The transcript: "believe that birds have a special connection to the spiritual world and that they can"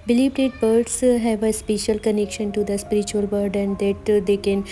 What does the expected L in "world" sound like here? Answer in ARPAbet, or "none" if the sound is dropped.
none